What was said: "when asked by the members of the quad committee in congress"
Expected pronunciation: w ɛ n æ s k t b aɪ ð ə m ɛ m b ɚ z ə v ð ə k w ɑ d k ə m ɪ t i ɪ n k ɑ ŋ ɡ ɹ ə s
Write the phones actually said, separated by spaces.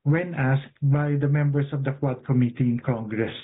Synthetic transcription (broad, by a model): w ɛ n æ s k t b aɪ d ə m ɛ m b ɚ s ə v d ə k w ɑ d k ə m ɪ t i ɪ n k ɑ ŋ ɡ ɹ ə s